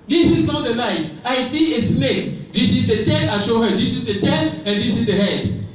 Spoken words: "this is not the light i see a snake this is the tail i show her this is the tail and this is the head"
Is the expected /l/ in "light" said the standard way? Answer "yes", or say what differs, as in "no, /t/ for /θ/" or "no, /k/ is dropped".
no, /n/ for /l/